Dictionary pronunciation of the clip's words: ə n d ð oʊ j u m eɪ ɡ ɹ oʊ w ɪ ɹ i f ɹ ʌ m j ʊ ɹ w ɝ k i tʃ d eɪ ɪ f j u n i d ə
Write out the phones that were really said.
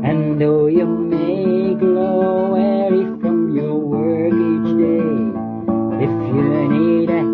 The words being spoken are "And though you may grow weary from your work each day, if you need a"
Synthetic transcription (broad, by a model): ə n ð oʊ j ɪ m eɪ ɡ l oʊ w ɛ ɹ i f ɹ ʌ m j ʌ ɹ w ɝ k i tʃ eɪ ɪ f j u n i d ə